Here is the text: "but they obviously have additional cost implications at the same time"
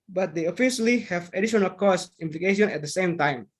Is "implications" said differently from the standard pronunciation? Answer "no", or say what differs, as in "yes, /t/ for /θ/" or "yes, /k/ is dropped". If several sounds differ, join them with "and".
yes, /z/ is dropped